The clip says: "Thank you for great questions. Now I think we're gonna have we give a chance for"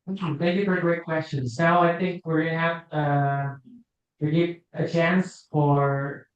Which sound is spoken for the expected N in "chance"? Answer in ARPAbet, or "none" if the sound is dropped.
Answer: N